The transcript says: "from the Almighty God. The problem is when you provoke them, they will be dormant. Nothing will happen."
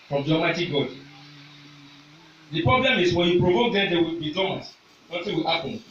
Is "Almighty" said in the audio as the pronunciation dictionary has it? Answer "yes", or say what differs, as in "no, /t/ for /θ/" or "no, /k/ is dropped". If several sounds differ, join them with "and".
no, /l/ is dropped